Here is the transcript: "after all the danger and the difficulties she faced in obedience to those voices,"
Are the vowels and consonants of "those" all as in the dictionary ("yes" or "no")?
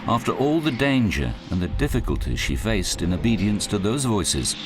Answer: yes